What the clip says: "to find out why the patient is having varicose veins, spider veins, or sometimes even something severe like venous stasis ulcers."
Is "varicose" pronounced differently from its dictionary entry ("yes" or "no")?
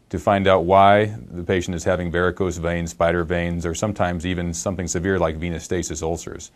yes